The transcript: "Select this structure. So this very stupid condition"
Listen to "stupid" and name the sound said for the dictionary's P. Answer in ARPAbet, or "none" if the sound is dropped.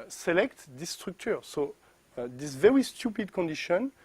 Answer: P